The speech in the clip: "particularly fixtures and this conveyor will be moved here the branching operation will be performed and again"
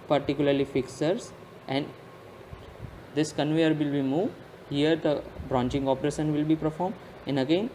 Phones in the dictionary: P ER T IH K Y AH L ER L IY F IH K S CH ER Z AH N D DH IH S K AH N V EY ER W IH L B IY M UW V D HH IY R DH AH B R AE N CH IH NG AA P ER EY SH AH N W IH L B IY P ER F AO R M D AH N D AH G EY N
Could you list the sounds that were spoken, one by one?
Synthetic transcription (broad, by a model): P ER T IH K Y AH L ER L IY F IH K S ER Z AH N D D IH S K AH N V EY ER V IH L B IY M UW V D HH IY R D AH B R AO N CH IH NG AA P ER EY SH AH N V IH L B IY P ER F AO R M D AH N D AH G EY N